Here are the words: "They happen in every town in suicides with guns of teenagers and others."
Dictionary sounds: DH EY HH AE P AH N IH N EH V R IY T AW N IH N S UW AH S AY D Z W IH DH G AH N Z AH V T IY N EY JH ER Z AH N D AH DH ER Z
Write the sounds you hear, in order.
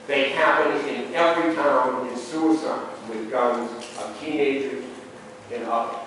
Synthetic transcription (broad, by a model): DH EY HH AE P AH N IH N EH V R IY T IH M IH N S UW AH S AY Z W IH DH G AH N Z AH V T IY N EY JH ER Z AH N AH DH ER